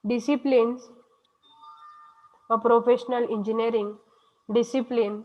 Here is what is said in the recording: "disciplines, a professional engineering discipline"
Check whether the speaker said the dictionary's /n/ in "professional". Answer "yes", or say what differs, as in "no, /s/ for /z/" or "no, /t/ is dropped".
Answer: yes